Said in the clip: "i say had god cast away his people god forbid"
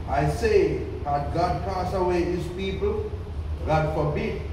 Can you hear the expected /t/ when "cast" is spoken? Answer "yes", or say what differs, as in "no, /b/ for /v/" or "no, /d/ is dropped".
no, /t/ is dropped